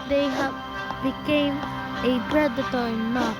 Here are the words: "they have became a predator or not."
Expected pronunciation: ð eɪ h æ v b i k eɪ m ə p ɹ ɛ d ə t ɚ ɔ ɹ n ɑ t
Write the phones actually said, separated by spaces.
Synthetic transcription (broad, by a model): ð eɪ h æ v b i k eɪ m ə b ɹ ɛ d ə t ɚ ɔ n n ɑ